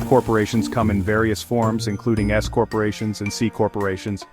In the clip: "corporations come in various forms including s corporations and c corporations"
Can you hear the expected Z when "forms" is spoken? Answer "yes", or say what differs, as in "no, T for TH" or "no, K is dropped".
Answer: yes